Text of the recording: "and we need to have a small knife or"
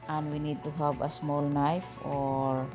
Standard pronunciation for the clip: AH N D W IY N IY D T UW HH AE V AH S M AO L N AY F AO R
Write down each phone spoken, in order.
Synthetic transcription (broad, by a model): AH N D W IY N IY D T UW HH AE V AH S M AO L N AY F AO R